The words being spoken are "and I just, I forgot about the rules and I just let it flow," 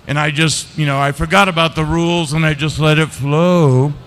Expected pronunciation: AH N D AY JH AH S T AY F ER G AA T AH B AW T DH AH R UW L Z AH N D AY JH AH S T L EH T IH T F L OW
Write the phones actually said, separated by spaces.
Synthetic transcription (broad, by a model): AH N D AY JH AH S T AY F ER G AA T AH B AW T DH AH R UW L Z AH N AY JH AH S T L EH T IH T F L OW